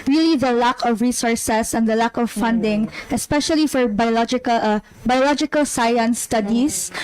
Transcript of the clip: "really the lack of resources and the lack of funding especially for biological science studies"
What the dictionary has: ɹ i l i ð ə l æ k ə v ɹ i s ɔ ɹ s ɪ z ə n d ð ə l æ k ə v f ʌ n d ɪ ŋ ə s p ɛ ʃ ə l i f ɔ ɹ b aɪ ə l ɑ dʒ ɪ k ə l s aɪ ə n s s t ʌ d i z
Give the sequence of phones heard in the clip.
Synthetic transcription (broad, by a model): ɹ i l i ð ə l æ k ə v ɹ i s ɔ ɹ s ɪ s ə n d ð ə l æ k ə v f ʌ n d ɪ ŋ ə s p ɛ ʃ ə l i f ɔ ɹ b aɪ ə l ɑ dʒ ɪ k ə l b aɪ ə l s s t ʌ d i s